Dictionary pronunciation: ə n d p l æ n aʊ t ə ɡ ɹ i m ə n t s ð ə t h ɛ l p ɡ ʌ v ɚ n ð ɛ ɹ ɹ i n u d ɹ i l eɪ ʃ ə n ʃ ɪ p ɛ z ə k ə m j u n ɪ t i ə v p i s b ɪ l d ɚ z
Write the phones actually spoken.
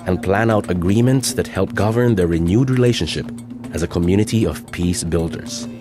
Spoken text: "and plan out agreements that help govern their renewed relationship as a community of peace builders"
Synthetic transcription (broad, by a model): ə n p l æ n aʊ t ə ɡ ɹ i m ə n t s ð ə t h ɛ l p ɡ ʌ v ɚ n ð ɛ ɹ ɹ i n u d ɹ i l eɪ ʃ ə n ʃ ɪ p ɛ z ə k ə m j u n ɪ t i ə v p i s b ɪ l d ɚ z